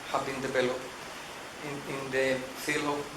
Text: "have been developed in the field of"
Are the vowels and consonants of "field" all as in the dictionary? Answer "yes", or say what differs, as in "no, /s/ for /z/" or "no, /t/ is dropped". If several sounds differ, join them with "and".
no, /d/ is dropped